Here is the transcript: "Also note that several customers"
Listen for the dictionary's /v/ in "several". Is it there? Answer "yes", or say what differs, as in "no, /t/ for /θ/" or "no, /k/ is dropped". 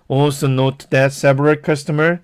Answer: no, /p/ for /v/